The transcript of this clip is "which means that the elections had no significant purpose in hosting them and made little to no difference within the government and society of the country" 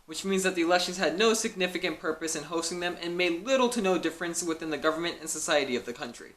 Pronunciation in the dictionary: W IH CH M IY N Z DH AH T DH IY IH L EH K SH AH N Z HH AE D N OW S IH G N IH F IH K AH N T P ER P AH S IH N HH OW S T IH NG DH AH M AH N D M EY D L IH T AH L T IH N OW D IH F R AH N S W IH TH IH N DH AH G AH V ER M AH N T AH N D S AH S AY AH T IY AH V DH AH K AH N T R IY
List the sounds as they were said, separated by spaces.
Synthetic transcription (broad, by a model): W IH CH M IY N Z DH AH T DH IY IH L EH K SH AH N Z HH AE D N OW S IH G N IH F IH K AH N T P ER P AH S IH N HH OW S T IH NG DH AH M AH N M EY D L IH T L T IH N OW D IH F R AH N S W IH TH IH N DH AH G AH V ER M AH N T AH N S AH S AY AH T IY AH V DH AH K AH N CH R IY